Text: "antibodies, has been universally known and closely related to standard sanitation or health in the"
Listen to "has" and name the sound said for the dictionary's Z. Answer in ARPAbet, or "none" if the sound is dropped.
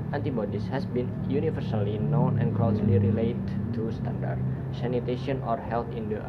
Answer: S